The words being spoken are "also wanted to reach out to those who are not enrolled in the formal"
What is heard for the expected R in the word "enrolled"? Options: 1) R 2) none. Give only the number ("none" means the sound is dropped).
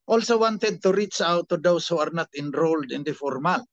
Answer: 1